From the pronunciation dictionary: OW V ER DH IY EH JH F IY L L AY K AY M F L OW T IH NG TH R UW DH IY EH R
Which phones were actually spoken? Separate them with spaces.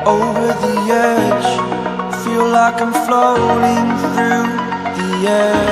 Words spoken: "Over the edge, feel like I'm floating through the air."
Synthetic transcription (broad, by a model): OW V ER DH IY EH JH F IY L L AY K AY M F L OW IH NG TH R UW DH IY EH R